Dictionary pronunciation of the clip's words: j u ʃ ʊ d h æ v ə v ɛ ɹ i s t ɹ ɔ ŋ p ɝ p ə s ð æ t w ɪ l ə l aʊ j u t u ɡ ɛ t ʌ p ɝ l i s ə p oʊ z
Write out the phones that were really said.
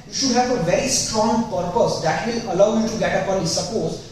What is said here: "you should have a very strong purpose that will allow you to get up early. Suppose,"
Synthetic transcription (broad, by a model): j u ʃ ʊ d h æ v ə v ɛ ɹ i s t ɹ ɔ ŋ p ɝ p ə s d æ t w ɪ l ə l aʊ j u t u ɡ ɛ t ʌ p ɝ n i s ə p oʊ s